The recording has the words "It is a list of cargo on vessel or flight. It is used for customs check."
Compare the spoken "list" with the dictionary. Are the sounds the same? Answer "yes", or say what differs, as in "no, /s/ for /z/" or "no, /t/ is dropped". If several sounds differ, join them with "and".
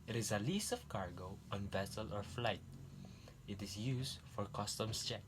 no, /t/ is dropped